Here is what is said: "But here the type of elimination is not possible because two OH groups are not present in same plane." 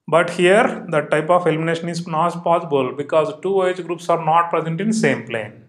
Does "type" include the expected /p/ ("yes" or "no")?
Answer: yes